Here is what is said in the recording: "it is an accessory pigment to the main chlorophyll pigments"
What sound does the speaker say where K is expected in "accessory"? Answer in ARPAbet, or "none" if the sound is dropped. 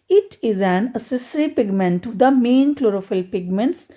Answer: none